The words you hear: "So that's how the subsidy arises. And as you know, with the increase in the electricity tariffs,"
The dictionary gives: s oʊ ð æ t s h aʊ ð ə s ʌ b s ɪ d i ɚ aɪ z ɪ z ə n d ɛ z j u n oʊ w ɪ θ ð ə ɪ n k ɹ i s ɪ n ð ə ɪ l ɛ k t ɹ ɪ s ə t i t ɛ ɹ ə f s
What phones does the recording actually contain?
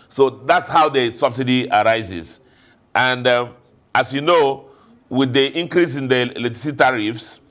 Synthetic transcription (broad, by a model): s oʊ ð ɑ t s h aʊ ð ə s ʌ b s ɪ d i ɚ aɪ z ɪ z ə n d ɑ s j u n oʊ w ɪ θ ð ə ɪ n k ɹ i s ɪ n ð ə l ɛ t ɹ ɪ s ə t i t ɹ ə f s